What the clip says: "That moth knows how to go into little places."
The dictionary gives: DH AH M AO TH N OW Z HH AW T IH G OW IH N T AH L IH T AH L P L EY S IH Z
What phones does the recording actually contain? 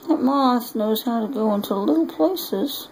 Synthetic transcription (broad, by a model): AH M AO S N OW Z HH AW T IH G OW IH N T AH L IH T L P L EY S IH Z